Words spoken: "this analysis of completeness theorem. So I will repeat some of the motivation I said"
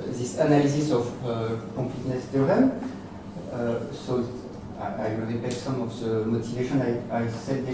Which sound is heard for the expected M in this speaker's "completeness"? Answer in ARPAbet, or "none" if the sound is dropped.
none